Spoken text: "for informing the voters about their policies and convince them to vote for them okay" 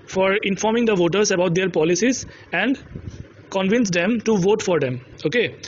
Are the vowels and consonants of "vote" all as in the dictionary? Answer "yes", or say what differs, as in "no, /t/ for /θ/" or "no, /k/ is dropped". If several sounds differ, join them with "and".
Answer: yes